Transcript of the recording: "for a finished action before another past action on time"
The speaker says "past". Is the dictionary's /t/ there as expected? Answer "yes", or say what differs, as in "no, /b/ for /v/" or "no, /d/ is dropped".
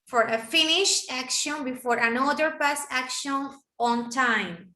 no, /t/ is dropped